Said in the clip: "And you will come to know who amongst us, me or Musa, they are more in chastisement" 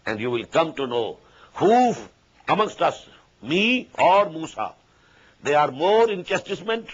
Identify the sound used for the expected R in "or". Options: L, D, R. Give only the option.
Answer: R